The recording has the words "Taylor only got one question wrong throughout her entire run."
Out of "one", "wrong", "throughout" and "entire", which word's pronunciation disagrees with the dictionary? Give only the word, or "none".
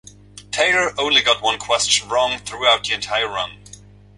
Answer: none